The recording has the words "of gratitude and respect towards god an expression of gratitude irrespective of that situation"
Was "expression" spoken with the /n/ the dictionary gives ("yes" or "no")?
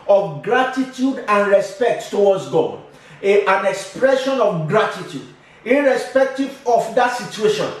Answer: yes